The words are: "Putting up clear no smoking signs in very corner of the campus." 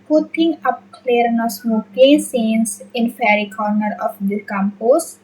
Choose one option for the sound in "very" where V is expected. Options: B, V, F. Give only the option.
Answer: F